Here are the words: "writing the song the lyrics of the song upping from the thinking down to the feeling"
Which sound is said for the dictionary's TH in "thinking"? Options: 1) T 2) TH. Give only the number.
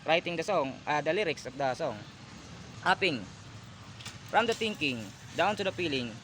1